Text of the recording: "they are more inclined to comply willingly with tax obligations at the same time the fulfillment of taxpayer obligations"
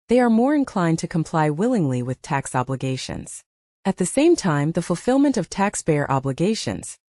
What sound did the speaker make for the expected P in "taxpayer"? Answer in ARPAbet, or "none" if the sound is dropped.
B